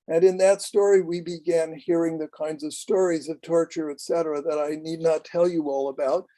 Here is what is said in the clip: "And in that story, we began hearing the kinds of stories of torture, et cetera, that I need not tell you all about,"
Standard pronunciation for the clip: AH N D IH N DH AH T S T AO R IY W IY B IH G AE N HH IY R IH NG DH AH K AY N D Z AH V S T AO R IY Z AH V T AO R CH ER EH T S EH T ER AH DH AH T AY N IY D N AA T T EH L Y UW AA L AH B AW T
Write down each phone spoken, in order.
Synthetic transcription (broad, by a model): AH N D IH N DH AH T S T AO R IY W IY B IH G AE N HH IY R IH NG DH AH K AY N D Z AH V S T AO R IY Z AH V T AO R CH ER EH T S EH T ER AH DH AH T AY N IY D N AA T T EH L Y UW AA L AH B AW T